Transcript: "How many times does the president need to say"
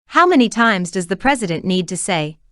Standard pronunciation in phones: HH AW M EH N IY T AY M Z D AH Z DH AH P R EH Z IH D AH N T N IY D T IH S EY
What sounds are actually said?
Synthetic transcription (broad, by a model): HH AW M EH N IY T AY M Z D AH Z DH AH P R EH Z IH D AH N N IY D T IH S EY